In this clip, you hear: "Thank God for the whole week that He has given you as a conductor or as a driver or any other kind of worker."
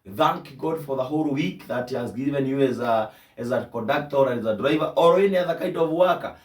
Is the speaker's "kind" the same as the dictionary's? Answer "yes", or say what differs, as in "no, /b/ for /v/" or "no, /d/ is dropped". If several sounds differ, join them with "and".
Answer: no, /n/ is dropped